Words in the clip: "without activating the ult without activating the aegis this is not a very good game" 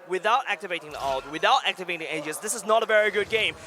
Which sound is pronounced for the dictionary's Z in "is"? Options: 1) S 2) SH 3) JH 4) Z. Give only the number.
4